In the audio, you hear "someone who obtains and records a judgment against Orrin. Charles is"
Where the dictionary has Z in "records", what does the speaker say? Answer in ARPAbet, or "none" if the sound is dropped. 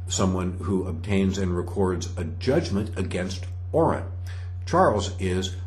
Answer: Z